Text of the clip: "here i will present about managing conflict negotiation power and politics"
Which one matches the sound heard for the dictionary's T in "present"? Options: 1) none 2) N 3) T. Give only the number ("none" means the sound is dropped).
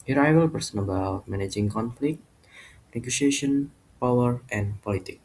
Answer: 1